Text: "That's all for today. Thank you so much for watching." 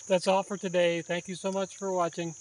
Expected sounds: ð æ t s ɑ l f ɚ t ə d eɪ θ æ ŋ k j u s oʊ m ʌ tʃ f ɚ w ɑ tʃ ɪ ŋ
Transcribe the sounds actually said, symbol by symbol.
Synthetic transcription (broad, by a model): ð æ t s ɑ l f ɚ t ə d eɪ θ æ ŋ k j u s oʊ m ʌ tʃ f ɚ w ɑ tʃ ɪ ŋ